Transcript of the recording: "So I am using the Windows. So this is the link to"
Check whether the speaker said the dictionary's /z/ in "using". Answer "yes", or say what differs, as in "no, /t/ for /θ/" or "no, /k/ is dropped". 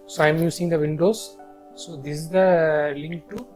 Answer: no, /s/ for /z/